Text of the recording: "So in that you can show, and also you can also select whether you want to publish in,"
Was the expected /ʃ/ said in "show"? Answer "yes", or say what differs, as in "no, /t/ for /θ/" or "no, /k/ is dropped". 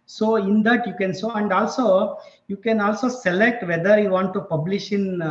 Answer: no, /s/ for /ʃ/